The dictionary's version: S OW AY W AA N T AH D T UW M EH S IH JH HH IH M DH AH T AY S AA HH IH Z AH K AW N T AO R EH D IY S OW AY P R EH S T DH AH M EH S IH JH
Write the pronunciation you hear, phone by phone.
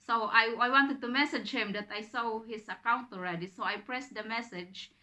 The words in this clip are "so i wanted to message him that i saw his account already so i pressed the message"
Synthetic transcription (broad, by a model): S OW AY W AA N T AH D T UW M EH S IH JH HH IH M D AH T AY S AA HH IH S AH K AW N T AO R EH D IY S OW AY P R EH S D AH M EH S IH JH